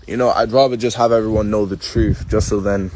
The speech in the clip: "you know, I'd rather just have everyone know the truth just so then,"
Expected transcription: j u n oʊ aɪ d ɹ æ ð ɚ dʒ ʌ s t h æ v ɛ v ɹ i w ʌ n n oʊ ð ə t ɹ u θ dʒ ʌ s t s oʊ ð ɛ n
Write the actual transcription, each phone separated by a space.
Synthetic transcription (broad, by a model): j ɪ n oʊ aɪ d ɹ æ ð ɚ dʒ ʌ s t h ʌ v ɛ v ɹ i w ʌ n n oʊ ð ə t ɹ u θ dʒ ʌ s t s oʊ ð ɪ n